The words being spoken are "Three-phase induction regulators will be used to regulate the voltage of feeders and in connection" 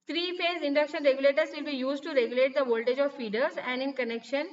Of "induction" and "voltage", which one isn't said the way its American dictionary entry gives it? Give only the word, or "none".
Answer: none